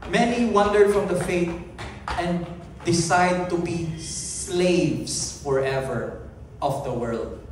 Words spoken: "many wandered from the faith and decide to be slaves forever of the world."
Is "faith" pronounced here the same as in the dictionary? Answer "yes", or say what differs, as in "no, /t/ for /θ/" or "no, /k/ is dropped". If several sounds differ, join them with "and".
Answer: no, /t/ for /θ/